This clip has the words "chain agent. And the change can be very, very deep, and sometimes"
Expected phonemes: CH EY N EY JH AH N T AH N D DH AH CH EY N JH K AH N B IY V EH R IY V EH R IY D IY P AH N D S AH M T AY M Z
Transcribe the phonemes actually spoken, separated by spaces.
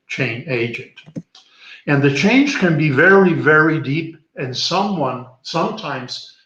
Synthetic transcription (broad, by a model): CH EY N EY JH AH N T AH N DH AH CH EY N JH K AH N B IY V EH R IY V EH R IY D IY P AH N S S AH M T AY M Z